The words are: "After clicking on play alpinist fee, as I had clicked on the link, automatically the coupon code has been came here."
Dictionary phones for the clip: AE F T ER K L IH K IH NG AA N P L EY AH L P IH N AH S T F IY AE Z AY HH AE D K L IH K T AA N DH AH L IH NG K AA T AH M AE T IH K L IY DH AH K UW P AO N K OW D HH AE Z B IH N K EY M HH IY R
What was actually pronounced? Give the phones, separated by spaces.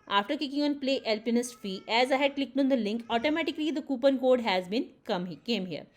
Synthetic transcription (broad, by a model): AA F T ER K IH K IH NG AA N P L EY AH L P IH N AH S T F IY AE Z AY HH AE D K L IH K T AA N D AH L IH NG K AA T AH M AE T IH K L IY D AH K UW P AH N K OW D HH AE Z B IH N K EY M HH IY R